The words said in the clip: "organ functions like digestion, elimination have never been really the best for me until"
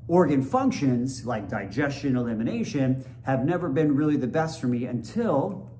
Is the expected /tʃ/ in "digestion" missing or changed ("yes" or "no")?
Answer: no